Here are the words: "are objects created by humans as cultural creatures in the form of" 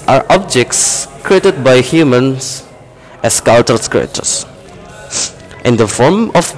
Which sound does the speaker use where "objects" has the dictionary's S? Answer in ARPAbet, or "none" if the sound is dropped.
S